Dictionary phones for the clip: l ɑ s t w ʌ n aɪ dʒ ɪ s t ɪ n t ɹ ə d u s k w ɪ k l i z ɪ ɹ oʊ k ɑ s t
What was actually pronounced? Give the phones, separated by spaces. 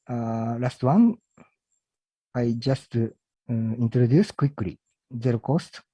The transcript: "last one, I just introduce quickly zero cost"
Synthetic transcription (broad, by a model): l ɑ s t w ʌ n aɪ dʒ ɪ s t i n t ɹ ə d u s k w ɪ k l i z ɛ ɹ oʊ k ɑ s t